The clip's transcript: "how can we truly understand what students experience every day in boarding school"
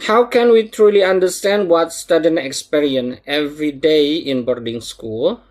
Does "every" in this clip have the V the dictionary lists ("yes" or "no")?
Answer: yes